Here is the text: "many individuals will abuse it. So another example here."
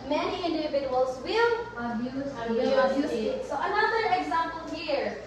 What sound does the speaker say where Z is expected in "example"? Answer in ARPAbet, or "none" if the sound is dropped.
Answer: Z